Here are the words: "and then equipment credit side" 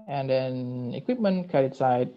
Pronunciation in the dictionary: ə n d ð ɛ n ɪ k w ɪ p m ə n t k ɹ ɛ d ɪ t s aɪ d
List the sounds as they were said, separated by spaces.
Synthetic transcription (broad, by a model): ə n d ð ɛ n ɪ k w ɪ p m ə n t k ɛ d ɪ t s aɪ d